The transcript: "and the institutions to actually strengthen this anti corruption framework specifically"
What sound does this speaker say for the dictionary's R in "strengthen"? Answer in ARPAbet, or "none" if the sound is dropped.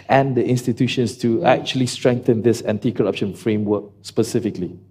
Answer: R